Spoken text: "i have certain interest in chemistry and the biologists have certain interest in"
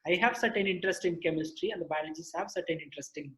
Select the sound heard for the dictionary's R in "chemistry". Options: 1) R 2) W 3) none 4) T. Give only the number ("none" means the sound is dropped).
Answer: 1